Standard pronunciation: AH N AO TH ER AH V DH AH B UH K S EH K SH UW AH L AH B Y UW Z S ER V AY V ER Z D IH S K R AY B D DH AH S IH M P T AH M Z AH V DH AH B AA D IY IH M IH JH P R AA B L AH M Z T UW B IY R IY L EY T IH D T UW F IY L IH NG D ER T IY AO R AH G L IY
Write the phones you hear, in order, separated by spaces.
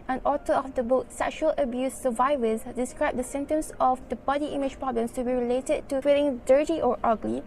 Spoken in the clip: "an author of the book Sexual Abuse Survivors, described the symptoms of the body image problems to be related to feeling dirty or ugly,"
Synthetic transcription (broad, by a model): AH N AO T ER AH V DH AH B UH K S EH K SH UW AH L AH B Y UW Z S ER V AY V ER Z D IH S K R AY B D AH S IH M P T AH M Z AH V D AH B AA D IY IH M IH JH P R AA B L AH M S T UW B IY R IY L EY T IH D T UW F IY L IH NG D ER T IY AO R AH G L IY